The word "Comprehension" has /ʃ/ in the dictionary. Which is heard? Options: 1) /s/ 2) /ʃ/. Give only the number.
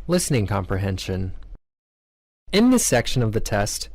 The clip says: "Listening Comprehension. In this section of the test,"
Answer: 2